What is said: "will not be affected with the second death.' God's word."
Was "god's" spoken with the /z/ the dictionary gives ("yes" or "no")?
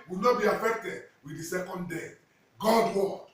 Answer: no